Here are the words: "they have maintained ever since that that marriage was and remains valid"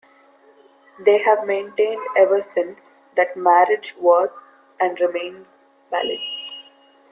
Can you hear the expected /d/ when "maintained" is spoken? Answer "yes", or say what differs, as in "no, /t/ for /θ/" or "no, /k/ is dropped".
yes